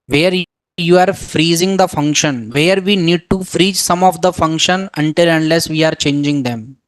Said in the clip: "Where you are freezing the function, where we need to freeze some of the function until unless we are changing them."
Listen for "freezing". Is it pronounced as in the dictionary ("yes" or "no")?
yes